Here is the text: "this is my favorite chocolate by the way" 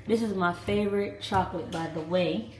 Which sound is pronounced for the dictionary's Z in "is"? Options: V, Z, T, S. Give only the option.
Z